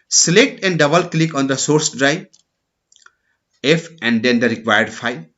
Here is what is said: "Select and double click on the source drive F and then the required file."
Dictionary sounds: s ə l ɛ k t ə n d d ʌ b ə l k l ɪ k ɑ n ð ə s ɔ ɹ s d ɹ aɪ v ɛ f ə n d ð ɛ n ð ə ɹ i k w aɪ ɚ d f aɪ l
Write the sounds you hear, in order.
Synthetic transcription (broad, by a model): s l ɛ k t ə n d d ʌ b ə l k l ɪ k ɑ n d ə s ɔ ɹ s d ɹ aɪ ɛ f ə n d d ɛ n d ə ɹ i k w aɪ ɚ d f aɪ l